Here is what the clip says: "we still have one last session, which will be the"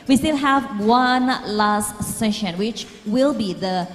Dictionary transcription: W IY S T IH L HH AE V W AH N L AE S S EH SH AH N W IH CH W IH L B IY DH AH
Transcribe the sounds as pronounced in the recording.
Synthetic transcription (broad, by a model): W IY S T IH L HH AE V W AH N L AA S S EH SH AH N W IH CH W IH L B IY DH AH